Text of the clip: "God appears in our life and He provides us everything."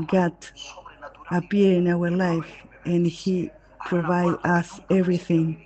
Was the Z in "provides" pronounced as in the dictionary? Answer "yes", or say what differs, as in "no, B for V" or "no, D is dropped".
no, Z is dropped